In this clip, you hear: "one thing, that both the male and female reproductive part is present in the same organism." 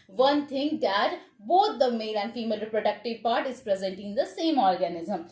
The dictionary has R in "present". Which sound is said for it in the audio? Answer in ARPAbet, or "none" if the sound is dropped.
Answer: R